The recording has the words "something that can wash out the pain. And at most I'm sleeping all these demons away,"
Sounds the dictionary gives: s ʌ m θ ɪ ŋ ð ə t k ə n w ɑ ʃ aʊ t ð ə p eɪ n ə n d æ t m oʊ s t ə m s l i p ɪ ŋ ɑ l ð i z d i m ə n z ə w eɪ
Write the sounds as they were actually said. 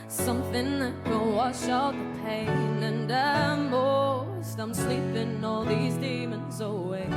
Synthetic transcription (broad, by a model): s ʌ m θ ɪ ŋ ð ə t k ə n w ɑ ʃ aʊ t ð ə p eɪ n ə n d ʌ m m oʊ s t ə m s l i p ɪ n ɑ l ð i z d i m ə n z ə w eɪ